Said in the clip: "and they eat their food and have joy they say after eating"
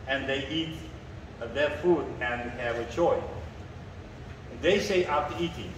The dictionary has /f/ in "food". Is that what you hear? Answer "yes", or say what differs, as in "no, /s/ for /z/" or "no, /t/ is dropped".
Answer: yes